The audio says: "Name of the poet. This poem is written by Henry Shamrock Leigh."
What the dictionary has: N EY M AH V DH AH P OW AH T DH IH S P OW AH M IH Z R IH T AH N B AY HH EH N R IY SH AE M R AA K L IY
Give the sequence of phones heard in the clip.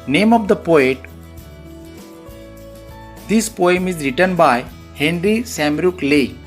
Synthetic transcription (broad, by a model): N EY M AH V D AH P OW AH T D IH S P OW AH M IH Z R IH T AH N B AY HH EH N R IY S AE M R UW K L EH